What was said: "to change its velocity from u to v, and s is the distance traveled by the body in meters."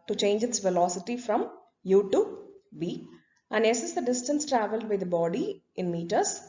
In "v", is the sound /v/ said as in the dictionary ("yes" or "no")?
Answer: no